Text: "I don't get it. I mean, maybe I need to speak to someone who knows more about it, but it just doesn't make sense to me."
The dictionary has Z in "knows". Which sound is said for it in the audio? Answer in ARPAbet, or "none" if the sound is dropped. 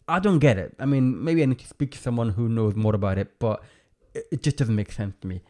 Z